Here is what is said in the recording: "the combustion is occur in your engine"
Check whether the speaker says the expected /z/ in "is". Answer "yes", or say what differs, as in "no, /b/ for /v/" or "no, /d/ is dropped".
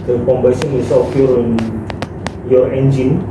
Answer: no, /s/ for /z/